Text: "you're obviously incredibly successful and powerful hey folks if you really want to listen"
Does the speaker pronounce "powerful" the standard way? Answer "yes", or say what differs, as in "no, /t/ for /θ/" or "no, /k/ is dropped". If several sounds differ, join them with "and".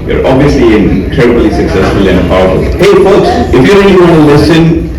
no, /f/ is dropped